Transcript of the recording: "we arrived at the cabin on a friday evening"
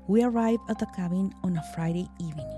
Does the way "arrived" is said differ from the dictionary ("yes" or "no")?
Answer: yes